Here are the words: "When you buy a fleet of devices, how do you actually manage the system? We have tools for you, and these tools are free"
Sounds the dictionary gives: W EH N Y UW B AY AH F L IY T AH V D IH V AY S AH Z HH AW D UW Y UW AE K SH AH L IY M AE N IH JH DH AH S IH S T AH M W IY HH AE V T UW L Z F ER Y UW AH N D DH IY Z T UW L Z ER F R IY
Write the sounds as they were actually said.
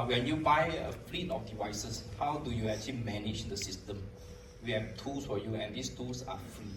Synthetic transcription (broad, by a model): W EH N Y UW B AY AH F L IY T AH F D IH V AY S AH S HH AW D UW Y UW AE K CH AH L IY M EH N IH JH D AH S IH S T AH M W IY HH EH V T UW L S F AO Y UW AH N D IY S T UW L S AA F R IY